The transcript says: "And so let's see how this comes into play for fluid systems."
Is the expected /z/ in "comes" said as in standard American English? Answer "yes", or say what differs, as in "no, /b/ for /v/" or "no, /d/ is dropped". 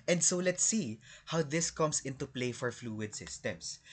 no, /s/ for /z/